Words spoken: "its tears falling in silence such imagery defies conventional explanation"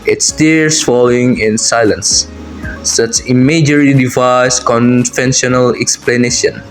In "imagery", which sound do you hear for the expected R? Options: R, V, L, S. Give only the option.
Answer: L